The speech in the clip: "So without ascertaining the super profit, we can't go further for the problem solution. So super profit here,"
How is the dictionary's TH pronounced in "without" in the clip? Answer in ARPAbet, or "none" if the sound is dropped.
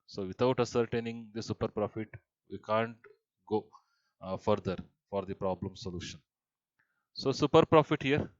T